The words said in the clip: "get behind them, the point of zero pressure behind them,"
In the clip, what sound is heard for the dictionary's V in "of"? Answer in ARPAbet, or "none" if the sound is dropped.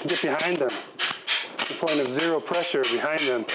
V